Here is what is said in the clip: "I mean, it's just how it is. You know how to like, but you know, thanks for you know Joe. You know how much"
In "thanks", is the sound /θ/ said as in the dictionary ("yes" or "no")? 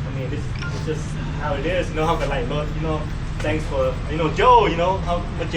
no